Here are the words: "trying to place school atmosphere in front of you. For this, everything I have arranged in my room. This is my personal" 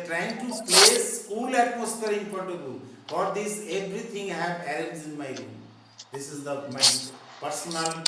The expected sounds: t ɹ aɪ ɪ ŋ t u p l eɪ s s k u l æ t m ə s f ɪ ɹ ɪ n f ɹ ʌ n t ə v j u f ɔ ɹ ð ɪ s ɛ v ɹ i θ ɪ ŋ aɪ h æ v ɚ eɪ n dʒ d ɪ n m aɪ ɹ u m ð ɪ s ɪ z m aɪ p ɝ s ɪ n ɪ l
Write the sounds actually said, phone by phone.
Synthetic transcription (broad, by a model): t ɹ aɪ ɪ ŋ t u p l eɪ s s u l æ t m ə s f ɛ ɹ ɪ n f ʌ t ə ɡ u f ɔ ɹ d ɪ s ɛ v ɹ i t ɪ ŋ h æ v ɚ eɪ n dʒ ɪ n m aɪ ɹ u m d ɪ s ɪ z m aɪ p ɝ s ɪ n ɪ l